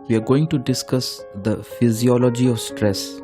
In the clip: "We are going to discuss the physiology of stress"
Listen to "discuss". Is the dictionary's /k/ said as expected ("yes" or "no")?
yes